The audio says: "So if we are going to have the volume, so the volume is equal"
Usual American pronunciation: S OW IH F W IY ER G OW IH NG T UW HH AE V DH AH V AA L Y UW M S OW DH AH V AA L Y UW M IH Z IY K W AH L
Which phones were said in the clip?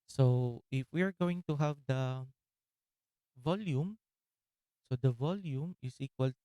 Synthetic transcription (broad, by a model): S OW IH F W IY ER G OW IH NG T UW HH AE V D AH V AA L Y UW M S OW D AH V AA L Y UW M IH S IY K W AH L